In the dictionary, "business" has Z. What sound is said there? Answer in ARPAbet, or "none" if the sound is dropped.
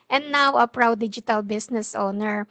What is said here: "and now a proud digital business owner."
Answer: S